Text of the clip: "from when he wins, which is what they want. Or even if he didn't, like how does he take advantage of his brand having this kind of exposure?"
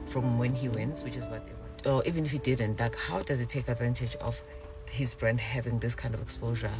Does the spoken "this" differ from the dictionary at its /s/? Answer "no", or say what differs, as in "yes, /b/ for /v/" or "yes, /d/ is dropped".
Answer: no